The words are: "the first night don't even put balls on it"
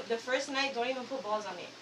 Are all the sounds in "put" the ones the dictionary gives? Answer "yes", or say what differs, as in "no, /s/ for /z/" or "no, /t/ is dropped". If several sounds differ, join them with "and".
no, /f/ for /p/